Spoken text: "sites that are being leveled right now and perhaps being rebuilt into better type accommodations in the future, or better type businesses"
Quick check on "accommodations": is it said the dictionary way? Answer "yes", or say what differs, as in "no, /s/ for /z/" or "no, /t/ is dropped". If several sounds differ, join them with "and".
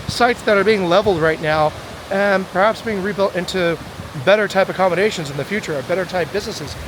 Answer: yes